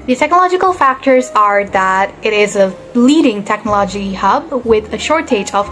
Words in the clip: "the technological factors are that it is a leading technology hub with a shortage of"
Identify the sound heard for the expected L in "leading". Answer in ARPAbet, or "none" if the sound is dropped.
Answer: L